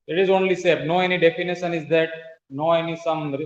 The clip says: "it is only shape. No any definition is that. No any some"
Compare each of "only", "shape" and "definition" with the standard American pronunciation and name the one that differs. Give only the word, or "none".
shape